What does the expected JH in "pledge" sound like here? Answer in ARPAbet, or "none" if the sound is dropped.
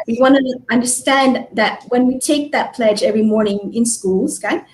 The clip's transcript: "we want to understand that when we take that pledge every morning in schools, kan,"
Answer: JH